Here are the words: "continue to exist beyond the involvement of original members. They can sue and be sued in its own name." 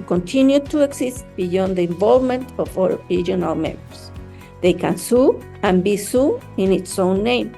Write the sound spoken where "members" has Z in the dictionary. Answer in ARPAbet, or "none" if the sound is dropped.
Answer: S